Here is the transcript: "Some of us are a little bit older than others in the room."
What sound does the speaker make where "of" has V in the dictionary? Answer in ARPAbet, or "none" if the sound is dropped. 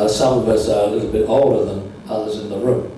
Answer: V